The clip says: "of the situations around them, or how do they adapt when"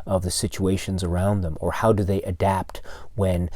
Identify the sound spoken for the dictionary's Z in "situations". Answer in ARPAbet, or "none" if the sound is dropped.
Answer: Z